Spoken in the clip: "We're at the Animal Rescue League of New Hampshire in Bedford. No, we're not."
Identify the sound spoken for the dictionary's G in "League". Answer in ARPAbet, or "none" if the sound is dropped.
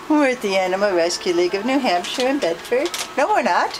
G